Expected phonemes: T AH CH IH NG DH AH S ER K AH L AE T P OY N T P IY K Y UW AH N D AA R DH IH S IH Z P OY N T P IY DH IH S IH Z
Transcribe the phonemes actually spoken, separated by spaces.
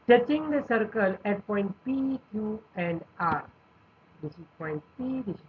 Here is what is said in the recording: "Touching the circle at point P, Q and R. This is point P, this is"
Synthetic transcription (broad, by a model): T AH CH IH NG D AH S ER K AH L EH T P OY N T P IY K Y UW AH N D AA R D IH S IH S P OY N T P IY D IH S